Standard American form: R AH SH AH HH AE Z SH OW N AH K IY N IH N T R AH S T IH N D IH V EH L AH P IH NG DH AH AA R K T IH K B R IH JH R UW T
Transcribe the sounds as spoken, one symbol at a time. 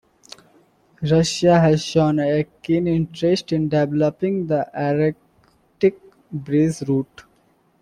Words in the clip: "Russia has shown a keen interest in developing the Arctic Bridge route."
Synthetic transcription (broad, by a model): R AH SH AH HH AE Z SH OW N AH K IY N IH N T R AH S T IH N D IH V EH L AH P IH NG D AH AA R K T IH K B R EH Z R UW T